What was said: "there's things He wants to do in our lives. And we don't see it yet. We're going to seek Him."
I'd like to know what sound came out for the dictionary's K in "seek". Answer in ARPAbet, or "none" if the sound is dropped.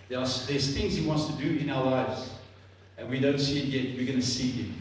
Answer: none